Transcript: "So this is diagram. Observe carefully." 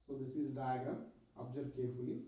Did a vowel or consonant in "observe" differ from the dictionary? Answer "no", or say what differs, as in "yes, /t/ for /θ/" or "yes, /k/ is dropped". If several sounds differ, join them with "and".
yes, /b/ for /v/